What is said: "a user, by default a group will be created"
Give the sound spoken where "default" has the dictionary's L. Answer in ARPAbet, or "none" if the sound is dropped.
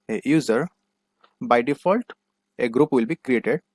L